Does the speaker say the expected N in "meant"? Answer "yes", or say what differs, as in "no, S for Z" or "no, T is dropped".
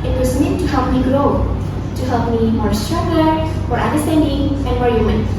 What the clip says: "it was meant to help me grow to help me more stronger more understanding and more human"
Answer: no, N is dropped